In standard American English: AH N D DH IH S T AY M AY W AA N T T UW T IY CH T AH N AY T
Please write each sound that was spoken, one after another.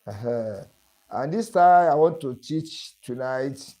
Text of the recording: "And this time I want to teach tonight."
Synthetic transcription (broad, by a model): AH N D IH S T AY AY W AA N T T UW T IY CH T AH N AY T